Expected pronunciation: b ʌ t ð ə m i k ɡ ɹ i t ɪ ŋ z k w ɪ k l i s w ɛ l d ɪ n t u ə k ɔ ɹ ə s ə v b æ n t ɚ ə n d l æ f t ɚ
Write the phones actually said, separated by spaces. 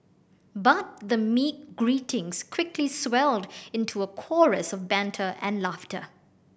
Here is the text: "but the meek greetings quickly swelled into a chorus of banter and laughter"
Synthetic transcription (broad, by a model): b ʌ t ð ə m i k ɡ ɹ i t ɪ ŋ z k w ɪ k l i s w ɛ l d ɪ n t u ə k ɔ ɹ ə s ə v b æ n t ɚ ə n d l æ f t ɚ